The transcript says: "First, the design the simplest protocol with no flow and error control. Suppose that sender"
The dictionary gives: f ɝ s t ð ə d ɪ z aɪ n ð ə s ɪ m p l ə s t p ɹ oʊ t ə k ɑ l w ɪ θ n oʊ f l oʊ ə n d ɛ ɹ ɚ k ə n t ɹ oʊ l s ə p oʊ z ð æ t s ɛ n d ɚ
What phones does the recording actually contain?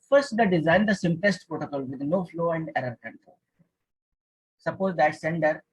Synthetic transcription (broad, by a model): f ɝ s t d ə d ɪ z aɪ n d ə s ɪ m p l ə s t p ɹ oʊ t ə k ɑ l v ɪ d n oʊ f l oʊ ə n d ɛ ɹ ɚ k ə n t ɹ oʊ s ə p oʊ z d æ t s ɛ n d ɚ